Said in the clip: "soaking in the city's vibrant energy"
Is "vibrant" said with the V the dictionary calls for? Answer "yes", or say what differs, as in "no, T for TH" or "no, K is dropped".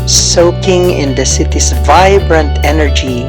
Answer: yes